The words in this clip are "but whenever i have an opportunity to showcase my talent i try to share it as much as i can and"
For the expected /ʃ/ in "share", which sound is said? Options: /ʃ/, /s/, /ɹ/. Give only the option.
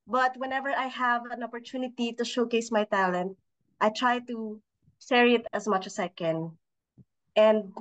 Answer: /s/